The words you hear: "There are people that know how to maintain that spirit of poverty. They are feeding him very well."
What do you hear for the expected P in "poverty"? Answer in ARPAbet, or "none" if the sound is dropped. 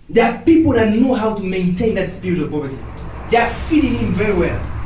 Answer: B